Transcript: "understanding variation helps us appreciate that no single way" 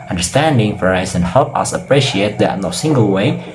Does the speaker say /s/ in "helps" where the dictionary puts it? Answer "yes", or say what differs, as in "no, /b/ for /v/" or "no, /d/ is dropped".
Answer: no, /s/ is dropped